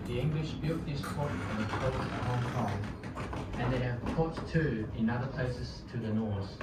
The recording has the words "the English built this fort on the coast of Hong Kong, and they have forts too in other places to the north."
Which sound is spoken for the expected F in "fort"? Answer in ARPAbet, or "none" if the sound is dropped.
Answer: P